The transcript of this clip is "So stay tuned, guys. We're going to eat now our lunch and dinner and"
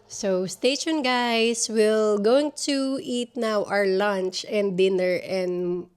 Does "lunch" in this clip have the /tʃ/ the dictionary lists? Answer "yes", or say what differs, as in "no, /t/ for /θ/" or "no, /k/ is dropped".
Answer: yes